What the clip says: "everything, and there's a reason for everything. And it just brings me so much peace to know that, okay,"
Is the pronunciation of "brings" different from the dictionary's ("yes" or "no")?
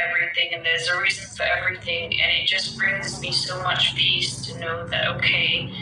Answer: no